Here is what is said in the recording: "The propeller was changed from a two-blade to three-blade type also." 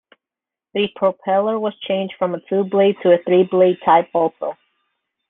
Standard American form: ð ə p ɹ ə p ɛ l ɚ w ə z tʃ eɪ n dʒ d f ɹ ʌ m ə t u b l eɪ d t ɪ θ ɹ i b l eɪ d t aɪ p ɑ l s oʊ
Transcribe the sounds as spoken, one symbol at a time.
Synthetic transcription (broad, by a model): ð ə p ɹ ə p ɛ l ɚ w ə z tʃ eɪ n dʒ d f ɹ ʌ m ə t u b l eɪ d t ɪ θ ɹ i b l eɪ d t aɪ p ɑ l s oʊ